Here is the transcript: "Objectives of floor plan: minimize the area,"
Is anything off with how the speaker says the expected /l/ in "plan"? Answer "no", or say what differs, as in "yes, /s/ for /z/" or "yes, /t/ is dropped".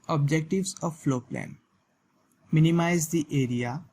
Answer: no